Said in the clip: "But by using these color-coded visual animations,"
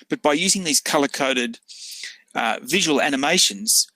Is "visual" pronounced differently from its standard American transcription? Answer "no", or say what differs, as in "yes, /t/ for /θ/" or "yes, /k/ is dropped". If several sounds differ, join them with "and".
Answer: no